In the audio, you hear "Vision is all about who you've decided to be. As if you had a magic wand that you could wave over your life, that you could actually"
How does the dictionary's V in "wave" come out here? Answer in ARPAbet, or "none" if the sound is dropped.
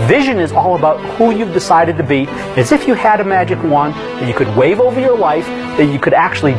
V